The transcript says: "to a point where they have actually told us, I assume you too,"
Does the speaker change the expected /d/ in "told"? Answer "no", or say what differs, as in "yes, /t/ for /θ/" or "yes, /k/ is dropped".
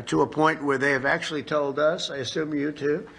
no